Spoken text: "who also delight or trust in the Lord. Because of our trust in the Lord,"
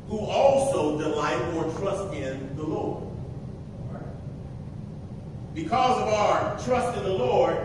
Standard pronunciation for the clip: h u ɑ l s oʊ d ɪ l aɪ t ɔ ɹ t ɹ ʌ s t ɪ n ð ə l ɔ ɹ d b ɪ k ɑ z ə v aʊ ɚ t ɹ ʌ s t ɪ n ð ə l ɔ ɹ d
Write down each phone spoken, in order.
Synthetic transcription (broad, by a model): h u ɑ l s oʊ d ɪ l aɪ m ɔ ɹ t ɹ ʌ s t ɪ n ð ə l ɔ ɹ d b ɪ k ɑ z ə v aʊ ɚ t ɹ ʌ s t ɪ n ð ə l ɔ ɹ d